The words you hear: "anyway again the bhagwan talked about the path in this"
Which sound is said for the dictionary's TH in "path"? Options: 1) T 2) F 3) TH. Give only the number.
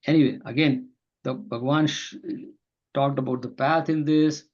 1